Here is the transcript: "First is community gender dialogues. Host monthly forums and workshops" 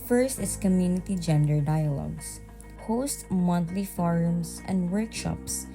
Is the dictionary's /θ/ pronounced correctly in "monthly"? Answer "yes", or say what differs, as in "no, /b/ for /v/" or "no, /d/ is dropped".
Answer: no, /t/ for /θ/